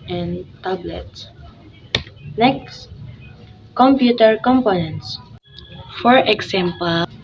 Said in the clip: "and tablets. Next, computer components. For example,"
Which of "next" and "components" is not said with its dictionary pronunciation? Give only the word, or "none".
none